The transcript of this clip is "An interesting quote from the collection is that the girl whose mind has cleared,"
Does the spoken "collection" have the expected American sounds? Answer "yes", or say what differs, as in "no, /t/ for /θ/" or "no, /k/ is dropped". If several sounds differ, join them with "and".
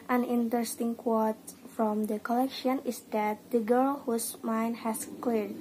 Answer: yes